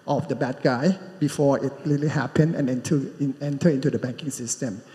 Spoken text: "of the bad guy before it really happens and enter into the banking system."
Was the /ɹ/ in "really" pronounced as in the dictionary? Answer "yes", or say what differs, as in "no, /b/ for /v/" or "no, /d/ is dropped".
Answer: no, /l/ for /ɹ/